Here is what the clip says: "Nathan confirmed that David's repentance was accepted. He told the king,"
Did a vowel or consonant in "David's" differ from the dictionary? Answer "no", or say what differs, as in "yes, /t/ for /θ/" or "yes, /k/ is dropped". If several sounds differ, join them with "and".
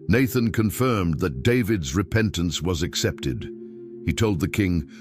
no